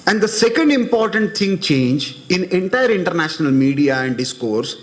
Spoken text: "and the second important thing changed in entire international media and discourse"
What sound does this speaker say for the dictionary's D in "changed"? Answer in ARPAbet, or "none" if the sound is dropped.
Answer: none